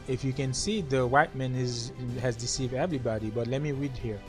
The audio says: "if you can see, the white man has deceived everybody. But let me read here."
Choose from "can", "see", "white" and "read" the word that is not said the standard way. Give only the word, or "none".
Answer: none